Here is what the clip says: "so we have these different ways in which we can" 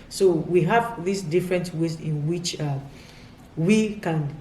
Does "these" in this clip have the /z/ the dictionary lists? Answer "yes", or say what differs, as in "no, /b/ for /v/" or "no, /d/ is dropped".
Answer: no, /s/ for /z/